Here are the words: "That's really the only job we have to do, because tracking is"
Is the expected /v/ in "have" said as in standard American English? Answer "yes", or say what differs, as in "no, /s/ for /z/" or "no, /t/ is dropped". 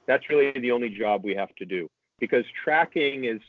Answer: no, /f/ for /v/